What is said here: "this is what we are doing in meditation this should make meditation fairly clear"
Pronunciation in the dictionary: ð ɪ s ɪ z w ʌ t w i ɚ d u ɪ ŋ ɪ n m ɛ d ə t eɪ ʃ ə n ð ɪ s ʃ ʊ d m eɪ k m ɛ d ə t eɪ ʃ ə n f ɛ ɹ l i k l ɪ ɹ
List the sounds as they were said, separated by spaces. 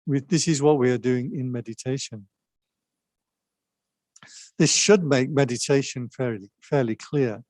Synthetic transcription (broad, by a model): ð ɪ s ɪ z w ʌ t w i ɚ d u ɪ ŋ ɪ n m ɛ d ə t eɪ ʃ ə n ð ɪ s ʃ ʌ d m eɪ k m ɛ d ə t eɪ ʃ ə n f ɛ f l i k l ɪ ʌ